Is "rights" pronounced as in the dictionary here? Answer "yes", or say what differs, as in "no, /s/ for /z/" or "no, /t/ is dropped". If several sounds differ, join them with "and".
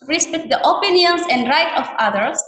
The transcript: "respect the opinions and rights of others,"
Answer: no, /s/ is dropped